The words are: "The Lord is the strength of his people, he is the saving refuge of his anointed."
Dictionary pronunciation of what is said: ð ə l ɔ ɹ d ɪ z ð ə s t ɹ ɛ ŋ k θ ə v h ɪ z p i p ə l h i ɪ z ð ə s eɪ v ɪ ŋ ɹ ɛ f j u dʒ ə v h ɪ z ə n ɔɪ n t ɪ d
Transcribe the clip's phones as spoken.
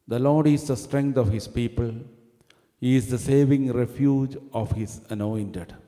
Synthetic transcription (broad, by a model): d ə l ɔ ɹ d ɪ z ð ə s t ɹ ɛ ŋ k t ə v h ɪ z p i p ə l h i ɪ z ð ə s eɪ v ɪ ŋ ɹ ɛ f j u dʒ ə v h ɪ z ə n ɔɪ n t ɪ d